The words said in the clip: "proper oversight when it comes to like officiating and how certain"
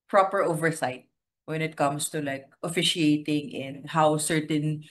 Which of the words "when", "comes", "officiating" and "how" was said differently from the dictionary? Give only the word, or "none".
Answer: comes